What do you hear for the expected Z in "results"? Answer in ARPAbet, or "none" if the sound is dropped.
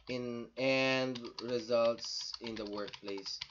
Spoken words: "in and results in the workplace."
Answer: Z